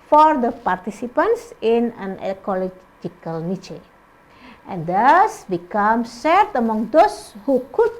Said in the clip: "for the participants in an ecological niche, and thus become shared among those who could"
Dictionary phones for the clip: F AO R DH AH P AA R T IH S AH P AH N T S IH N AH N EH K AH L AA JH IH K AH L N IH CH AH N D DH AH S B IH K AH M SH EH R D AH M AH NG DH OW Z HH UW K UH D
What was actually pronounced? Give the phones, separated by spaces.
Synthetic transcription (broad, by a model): F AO R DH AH P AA R T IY S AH P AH N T S IH N AH N EH K AH L AA JH IH K AH L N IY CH AH N D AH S B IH K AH M S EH R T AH M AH NG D OW S HH UW K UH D